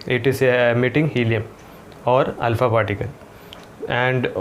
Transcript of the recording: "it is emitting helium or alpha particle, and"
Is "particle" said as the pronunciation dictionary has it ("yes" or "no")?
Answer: no